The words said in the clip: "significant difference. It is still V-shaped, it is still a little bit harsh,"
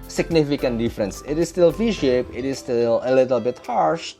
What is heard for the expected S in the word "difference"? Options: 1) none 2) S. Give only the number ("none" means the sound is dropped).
2